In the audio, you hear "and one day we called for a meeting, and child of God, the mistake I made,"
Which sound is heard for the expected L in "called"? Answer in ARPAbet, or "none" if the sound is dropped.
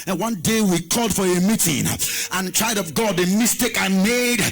L